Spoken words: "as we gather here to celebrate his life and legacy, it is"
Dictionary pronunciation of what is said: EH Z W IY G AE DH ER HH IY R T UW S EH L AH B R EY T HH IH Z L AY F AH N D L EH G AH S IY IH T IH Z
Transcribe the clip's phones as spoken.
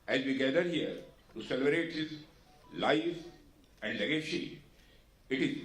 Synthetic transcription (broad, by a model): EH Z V IY G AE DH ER HH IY R T UW S EH L AH B R EY T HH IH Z L AY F AH N D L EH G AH SH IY IH T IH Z